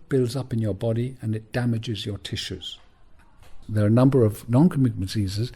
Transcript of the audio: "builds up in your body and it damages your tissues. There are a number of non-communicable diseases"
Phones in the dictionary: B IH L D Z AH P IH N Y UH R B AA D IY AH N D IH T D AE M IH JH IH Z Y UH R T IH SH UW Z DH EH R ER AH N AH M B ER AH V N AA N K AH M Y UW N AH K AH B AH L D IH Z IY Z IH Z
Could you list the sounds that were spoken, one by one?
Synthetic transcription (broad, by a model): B IH L D Z AH P IH N Y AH R B AA D IY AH N IH T D AE M IH JH IH Z Y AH R T IH SH UW Z DH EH R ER AH N AH M B ER AH V N AA N K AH M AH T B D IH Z IY Z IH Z